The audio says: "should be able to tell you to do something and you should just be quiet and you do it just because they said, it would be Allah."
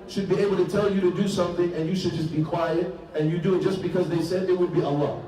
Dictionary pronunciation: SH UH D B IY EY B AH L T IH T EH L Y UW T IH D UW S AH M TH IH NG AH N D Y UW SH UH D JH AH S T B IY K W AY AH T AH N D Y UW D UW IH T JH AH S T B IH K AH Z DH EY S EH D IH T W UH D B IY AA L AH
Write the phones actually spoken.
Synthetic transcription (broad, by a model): SH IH D B IY EY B L T IH T EH L Y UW T IH D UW S AH M TH IH NG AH N Y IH SH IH D JH AH S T B IY K W AY AH T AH N Y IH D UW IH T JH AH S B IH K AH Z DH EY S EH D IH T W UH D B IY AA L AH